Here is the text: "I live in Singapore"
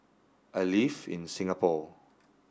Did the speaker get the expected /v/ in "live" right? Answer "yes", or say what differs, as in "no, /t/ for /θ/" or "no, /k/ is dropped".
no, /f/ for /v/